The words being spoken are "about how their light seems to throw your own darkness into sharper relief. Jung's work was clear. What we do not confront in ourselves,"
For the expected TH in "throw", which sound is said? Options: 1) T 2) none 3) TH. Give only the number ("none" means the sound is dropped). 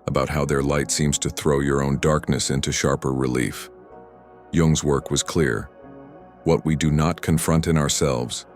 3